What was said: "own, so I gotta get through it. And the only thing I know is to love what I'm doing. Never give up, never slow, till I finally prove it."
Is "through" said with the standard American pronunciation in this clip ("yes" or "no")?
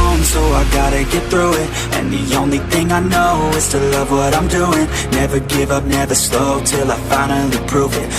yes